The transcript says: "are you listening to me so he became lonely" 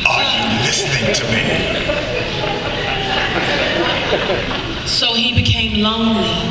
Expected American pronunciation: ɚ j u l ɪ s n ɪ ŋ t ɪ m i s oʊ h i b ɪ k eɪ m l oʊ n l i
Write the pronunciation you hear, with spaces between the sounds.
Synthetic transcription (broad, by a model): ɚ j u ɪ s ɪ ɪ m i s oʊ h i b ɪ k eɪ m l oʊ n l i